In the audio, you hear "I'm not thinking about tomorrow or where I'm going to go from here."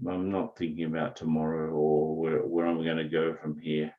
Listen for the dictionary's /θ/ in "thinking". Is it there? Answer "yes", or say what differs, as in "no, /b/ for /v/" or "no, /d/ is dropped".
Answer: yes